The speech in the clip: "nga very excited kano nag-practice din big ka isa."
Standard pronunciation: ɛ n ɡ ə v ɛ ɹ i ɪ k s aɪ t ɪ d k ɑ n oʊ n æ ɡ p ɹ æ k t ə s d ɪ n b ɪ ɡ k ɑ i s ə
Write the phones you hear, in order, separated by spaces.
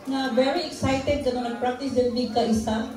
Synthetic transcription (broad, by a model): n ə v ɛ ɹ i ɪ k s aɪ t ɪ d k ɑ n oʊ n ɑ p ɹ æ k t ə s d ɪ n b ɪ k ɑ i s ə